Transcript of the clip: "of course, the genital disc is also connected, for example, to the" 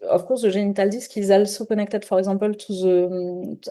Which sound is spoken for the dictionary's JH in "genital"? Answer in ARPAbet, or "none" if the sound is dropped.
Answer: ZH